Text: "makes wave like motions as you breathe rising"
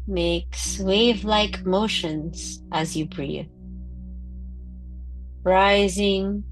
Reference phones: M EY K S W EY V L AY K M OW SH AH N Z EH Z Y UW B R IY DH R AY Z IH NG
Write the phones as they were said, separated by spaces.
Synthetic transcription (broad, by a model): M EY K S W EY V L AY K M OW SH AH N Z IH Z Y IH B R IY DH R AY Z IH NG